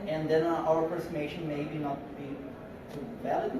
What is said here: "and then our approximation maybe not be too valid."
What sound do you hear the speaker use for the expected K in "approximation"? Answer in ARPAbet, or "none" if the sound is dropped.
none